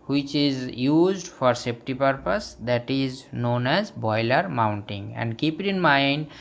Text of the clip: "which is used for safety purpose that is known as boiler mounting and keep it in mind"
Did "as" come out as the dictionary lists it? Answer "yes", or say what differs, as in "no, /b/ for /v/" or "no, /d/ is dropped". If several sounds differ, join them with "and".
yes